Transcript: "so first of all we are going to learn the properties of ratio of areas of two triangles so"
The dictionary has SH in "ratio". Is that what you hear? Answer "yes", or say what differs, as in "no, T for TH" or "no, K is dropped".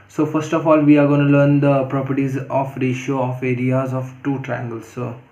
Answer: yes